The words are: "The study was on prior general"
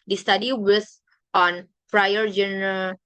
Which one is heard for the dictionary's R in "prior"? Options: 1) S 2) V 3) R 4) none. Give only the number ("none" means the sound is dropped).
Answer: 3